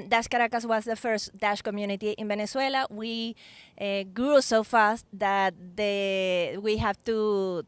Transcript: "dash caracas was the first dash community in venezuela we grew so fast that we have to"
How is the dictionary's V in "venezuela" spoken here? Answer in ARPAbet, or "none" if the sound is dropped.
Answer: B